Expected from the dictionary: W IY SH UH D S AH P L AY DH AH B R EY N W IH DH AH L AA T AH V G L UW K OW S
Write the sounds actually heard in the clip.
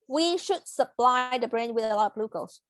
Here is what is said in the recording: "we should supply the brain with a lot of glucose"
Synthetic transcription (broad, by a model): W IY SH UH D S AH P L AY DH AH B R EY N W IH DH AH L AA T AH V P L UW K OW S